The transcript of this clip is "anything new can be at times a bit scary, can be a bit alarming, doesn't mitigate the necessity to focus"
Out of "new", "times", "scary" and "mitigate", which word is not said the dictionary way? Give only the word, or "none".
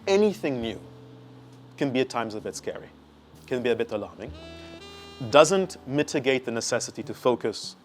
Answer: none